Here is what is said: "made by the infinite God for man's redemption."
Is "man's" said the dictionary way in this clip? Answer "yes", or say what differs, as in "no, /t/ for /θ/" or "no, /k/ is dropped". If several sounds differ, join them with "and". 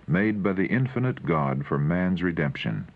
yes